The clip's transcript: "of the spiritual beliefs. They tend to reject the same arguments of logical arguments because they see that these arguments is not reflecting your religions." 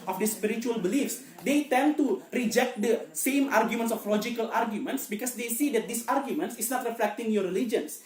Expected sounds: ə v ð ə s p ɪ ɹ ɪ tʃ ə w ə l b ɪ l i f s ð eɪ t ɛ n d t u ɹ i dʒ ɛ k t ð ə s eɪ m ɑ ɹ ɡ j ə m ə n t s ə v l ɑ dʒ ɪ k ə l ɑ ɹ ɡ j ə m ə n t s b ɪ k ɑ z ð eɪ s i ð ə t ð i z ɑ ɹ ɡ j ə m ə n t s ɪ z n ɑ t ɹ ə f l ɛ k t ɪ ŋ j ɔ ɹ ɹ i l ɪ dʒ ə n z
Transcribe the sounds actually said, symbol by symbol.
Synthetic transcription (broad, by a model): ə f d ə s p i ɹ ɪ tʃ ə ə l b ɪ l i f s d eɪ t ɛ n t u ɹ i dʒ ɛ k t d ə s eɪ m ɑ ɹ ɡ j ə m ə n t s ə f l ɑ dʒ ɪ k ə l ɑ ɹ ɡ j ə m ə n t s b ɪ k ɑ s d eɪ s i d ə t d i s ɑ ɹ ɡ j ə m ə n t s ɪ s n ɑ t ɹ ə f l ɛ k t ɪ ŋ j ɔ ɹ ɹ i l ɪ dʒ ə n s